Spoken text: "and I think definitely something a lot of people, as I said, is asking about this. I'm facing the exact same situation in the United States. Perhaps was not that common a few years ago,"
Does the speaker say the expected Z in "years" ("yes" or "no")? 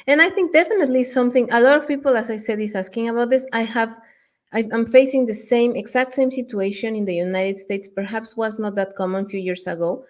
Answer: no